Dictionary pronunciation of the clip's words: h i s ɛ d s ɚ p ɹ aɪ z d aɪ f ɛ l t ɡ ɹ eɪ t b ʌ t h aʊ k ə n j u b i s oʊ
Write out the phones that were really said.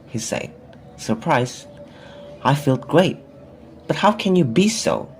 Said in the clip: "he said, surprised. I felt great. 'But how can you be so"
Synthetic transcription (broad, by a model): h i s ɛ d s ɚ p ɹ aɪ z aɪ f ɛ l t ɡ ɹ eɪ t b ʌ t h aʊ k ə n j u b i s oʊ